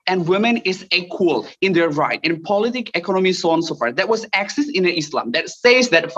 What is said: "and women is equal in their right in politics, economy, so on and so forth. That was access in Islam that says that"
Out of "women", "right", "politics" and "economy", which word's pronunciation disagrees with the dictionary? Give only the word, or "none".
politics